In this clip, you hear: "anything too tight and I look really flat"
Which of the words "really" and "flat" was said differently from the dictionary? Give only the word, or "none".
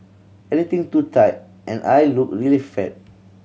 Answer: flat